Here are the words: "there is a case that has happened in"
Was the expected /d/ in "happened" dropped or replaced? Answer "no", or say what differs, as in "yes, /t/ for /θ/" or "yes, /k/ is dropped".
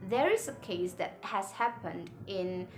no